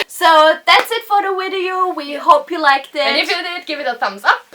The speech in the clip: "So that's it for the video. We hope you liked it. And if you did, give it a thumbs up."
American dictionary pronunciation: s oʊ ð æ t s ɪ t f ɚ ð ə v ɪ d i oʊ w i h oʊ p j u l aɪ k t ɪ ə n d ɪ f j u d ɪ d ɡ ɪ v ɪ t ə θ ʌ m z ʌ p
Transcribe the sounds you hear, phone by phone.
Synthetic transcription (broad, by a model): s oʊ ð æ t s ɪ t f ɚ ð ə w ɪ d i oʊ w i h oʊ p j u l aɪ k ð ɪ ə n ɪ f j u d ɪ d ɡ ɪ v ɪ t ə θ ʌ m z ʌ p